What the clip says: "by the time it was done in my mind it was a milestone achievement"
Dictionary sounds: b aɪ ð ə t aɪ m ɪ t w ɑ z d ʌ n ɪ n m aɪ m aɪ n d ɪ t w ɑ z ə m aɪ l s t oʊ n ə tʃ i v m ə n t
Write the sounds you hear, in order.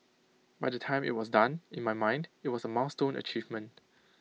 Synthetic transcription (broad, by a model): b aɪ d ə t aɪ m ɪ t w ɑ s d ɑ n ɪ n m aɪ m aɪ n d ɪ t w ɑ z ə m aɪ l s t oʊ n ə tʃ i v m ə n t